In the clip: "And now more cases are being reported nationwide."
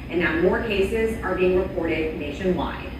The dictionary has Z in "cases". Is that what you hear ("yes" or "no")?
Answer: yes